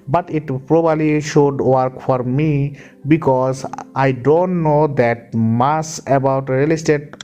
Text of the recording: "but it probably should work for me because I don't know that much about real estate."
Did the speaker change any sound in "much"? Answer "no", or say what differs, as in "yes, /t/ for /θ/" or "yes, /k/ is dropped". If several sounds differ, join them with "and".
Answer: yes, /s/ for /tʃ/